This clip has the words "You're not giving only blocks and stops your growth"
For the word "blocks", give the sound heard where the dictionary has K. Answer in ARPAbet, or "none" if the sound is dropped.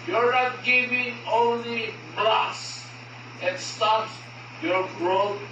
none